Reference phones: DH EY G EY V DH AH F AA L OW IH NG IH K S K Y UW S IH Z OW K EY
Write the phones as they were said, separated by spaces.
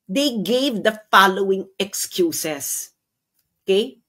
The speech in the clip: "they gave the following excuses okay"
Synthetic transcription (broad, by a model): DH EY G EY V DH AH F AA L OW IH NG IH K S K Y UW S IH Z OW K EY